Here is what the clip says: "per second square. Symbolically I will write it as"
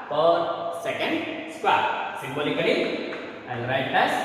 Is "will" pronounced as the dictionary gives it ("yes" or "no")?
no